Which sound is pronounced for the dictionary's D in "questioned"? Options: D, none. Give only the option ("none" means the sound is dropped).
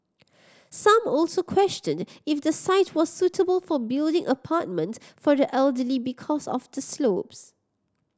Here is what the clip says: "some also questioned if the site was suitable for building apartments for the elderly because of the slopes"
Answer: D